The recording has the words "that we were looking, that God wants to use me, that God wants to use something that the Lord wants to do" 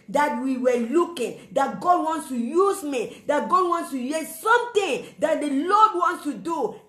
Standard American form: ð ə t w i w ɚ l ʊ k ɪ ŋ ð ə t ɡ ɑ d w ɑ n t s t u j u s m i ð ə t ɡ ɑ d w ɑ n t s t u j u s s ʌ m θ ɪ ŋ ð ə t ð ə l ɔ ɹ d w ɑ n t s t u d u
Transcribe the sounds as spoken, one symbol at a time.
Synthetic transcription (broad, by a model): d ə t w i w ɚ l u k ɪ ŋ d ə t ɡ ɑ d w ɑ n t s t u j u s m i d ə t ɡ ɑ d w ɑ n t s t u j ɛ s s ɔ m t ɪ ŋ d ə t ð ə l ɔ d w ɑ n t s t u d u